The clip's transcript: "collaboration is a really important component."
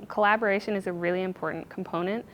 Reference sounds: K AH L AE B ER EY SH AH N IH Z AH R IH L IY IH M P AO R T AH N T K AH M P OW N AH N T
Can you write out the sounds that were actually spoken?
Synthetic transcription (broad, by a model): K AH L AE B ER EY SH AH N IH Z AH R IH L IY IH M P AO R T N K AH M P OW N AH N T